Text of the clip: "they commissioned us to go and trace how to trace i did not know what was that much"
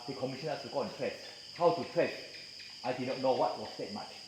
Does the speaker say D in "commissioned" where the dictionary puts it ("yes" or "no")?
no